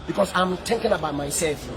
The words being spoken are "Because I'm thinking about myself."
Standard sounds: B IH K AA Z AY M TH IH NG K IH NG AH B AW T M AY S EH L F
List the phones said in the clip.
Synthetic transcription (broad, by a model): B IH K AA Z AY M T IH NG K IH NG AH B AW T M AY S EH L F